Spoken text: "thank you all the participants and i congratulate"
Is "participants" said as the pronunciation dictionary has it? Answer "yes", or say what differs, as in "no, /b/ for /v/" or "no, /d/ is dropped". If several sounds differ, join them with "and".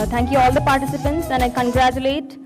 yes